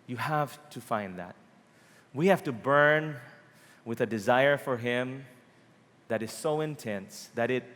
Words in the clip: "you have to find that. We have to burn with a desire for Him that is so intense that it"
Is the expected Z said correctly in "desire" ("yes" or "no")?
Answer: yes